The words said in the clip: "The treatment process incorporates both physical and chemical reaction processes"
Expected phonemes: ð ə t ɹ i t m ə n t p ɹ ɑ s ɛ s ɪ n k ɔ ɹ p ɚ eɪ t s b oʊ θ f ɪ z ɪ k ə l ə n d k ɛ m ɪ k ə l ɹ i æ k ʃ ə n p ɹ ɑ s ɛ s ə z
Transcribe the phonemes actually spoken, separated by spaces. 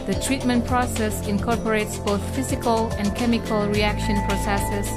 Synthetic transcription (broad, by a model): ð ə t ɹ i t m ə n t p ɹ ɑ s ɛ s ɪ n k ɔ ɹ p ɚ eɪ t s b oʊ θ f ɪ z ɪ k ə l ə n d k ɛ m ɪ k ə l ɹ i æ k ʃ ə n p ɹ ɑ s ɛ s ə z